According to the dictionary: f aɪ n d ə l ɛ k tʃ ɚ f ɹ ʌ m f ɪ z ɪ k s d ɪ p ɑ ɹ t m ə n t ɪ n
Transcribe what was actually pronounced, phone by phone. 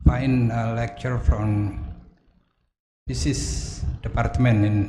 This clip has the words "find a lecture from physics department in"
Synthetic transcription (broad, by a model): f aɪ n ə l ɛ k tʃ ɚ f ɹ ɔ m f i s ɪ s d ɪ p ɑ ɹ t m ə n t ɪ n